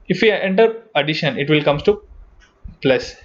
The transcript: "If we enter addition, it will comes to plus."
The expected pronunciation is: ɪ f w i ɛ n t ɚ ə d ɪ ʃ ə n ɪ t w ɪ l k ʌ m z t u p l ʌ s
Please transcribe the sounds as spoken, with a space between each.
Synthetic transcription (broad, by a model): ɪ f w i ɛ n t ɚ ə d ɪ ʃ ə n ɪ t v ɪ l k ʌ m t u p l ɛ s